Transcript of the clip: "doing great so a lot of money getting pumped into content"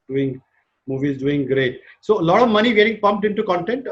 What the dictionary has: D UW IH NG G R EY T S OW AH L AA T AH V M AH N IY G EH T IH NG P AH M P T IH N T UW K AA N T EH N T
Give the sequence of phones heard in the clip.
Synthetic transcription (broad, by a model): D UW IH NG G R EY T S OW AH L AA T AH V M AH N IY G EH T IH NG P AH M P T IH N T UW K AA N T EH N T